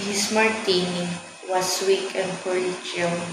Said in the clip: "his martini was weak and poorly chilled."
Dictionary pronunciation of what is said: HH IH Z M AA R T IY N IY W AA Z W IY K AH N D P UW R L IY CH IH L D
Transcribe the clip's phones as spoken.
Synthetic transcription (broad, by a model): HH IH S M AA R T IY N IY W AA S W IY K AH N D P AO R IY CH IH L